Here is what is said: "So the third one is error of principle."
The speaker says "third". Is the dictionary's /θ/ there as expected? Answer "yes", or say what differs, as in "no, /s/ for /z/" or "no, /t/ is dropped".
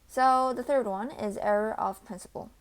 yes